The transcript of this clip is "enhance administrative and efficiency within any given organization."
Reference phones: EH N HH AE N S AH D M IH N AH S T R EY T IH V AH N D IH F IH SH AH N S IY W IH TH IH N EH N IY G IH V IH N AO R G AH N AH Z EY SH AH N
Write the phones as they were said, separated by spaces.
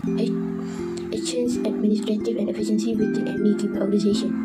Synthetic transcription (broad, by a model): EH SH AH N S AH D M IH N AH S T R EY T IH V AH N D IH F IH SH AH N S IY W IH T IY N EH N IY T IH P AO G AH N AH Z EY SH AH N